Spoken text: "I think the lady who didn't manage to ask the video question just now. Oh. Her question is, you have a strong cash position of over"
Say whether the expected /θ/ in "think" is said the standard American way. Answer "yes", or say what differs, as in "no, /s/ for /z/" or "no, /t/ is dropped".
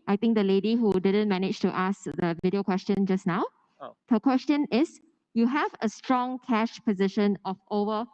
no, /t/ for /θ/